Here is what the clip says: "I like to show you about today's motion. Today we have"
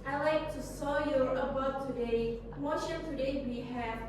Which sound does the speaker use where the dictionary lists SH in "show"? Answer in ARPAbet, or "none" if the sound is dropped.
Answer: S